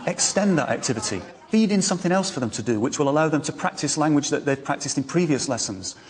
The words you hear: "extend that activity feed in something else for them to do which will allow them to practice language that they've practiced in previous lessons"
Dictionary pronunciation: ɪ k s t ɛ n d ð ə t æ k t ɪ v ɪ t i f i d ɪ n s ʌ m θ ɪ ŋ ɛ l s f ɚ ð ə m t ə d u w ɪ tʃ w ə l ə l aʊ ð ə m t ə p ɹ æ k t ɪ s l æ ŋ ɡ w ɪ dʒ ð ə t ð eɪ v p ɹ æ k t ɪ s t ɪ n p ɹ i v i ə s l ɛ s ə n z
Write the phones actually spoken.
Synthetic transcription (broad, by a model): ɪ k s t ɛ n ð ə t æ k t ɪ v ɪ t i f i d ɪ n s ʌ m θ ɪ ŋ ɛ l s f ɚ ð ə m t ə d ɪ w ɪ tʃ w ə l ə l aʊ ð ə m t ə p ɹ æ k t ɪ s l æ ŋ ɡ w ɪ dʒ ð ə t ð eɪ v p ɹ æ k t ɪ s t ɪ n p ɹ i v i ə s l ɛ s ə n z